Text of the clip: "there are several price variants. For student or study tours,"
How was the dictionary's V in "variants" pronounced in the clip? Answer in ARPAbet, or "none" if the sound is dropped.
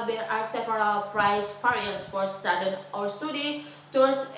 P